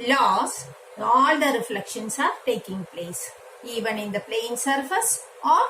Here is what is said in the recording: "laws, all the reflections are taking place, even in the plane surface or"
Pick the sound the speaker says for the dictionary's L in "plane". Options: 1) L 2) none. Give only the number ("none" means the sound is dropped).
1